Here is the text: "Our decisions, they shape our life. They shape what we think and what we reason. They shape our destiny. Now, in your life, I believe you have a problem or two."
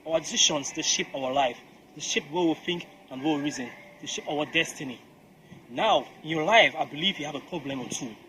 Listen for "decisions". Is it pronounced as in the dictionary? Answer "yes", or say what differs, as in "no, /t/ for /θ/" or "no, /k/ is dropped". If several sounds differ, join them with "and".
no, /ʃ/ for /ʒ/